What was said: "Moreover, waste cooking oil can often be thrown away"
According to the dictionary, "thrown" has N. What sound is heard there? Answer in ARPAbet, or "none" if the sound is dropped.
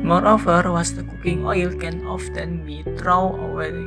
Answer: none